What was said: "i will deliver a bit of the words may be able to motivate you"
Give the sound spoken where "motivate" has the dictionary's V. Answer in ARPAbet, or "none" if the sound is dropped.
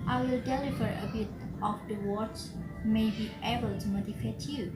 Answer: F